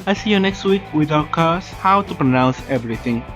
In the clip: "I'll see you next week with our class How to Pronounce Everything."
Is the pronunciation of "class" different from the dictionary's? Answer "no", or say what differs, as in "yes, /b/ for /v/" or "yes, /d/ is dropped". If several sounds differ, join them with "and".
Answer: yes, /l/ is dropped